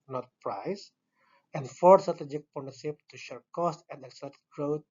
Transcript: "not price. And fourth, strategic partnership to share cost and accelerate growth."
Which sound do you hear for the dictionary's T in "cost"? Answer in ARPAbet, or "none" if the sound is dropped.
T